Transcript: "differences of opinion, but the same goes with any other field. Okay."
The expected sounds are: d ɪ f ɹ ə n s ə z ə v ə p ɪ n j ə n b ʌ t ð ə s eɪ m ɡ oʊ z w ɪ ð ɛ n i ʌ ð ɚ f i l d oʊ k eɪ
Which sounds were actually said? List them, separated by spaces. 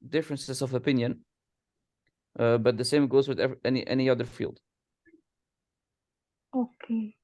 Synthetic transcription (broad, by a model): d ɪ f ɹ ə n s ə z ə v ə p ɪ n j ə n b ʌ t ð ə s eɪ m ɡ oʊ z w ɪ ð ɛ n i ʌ ð ɚ f i l d oʊ k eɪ